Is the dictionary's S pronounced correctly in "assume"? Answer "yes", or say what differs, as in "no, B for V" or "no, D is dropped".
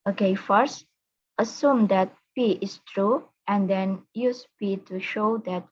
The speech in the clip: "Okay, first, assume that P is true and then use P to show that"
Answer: yes